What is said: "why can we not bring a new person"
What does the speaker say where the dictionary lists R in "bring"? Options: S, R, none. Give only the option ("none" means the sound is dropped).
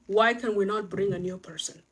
R